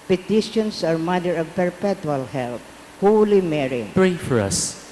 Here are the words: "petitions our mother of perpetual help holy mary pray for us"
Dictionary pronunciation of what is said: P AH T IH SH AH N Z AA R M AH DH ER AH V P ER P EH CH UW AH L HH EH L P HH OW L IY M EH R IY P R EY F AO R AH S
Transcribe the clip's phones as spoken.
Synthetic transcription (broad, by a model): P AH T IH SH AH N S AA R M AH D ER AH V P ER P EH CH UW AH L HH EH L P HH OW L IY M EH R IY P R EY F AO R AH S